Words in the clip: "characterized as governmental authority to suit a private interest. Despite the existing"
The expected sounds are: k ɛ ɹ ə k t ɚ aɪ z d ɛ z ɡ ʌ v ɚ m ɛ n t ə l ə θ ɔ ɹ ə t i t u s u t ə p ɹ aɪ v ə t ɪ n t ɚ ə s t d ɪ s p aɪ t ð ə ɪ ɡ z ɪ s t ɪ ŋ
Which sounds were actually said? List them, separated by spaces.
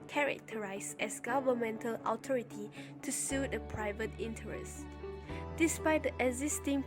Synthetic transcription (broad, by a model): k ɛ ɹ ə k t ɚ aɪ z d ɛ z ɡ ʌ v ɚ m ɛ n t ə l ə t ɔ ɹ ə t i t u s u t ə p ɹ aɪ v ə t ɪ n t ɚ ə s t d ɪ s p aɪ t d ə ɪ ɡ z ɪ s t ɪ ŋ